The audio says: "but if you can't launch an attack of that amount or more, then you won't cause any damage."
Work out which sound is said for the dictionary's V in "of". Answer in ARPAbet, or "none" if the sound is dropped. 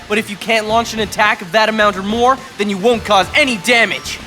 V